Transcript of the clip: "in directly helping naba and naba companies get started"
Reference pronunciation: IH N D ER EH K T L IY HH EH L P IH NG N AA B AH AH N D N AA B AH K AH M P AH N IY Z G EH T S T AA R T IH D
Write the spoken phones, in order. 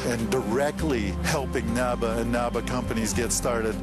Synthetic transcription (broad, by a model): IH N D ER EH K T L IY HH EH L P IH NG N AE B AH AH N N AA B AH K AH M P AH N IY Z G EH T S T AA R T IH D